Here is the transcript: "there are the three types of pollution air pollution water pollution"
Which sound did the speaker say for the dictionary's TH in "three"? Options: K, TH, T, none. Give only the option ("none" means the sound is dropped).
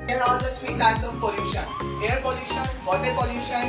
T